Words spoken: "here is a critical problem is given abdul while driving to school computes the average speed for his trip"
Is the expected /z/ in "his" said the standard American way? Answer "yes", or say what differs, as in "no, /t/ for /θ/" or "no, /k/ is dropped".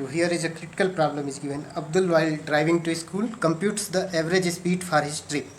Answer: no, /s/ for /z/